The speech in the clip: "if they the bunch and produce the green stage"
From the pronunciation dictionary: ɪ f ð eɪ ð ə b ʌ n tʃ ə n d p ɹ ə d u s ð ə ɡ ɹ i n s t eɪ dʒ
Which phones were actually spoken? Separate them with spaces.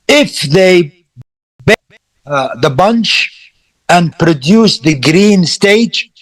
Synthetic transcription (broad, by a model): ɪ f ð eɪ ð ə b ʌ n tʃ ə n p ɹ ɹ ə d u s ð ə ɡ ɹ i n s t eɪ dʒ